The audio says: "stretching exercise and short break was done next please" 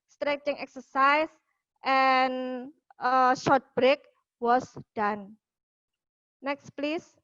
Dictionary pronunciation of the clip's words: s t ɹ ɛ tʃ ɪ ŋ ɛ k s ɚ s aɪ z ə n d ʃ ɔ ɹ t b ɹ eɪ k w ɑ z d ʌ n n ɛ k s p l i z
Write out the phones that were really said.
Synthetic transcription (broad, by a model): s t ɹ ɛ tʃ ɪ ŋ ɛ k s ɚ s aɪ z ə n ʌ ʃ ɔ ɹ t b ɹ eɪ k w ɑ s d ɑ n n ɛ k s p l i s